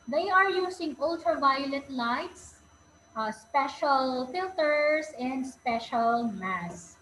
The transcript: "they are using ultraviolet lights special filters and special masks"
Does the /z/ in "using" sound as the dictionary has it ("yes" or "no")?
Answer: no